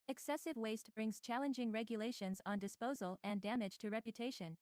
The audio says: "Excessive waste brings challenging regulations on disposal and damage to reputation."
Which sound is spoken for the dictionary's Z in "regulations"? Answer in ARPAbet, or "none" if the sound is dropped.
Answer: Z